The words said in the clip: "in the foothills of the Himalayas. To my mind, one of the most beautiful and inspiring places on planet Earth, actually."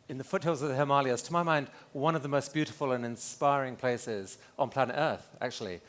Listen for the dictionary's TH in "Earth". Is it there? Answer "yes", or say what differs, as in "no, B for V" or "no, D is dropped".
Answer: yes